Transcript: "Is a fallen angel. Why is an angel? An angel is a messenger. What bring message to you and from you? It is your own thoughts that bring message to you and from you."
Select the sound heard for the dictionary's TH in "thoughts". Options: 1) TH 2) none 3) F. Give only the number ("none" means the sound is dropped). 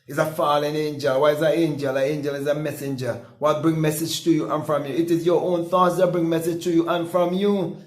1